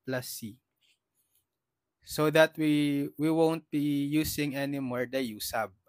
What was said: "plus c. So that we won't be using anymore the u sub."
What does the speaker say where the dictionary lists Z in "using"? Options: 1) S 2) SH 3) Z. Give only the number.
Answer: 1